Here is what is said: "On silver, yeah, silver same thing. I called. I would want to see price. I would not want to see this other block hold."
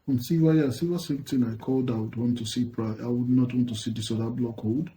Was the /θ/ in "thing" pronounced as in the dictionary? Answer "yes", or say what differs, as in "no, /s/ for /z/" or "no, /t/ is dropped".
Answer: no, /t/ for /θ/